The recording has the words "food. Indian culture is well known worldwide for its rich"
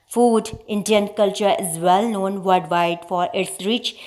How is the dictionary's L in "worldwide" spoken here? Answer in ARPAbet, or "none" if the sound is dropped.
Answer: none